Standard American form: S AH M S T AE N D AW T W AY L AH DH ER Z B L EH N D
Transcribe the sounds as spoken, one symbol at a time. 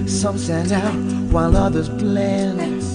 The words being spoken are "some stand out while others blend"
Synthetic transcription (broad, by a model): S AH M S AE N AW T W AY L AH DH ER Z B L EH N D